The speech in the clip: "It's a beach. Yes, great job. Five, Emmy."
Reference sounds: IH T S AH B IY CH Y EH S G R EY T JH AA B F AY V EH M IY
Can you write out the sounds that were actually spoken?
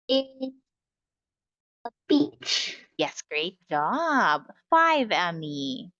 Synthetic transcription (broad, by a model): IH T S AH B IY CH Y EH S G R EY T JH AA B F AY V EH M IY